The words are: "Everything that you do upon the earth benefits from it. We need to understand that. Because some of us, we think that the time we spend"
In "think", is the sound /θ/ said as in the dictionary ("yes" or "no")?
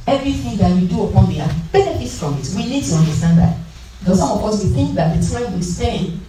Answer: yes